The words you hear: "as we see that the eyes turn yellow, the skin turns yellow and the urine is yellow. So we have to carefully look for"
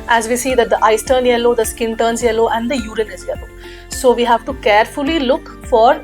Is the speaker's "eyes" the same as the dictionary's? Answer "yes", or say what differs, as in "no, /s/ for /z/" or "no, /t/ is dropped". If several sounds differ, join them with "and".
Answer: no, /s/ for /z/